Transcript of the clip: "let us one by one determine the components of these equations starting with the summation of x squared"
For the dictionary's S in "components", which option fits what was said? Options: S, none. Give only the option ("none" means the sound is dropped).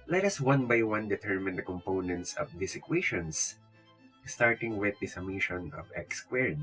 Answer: S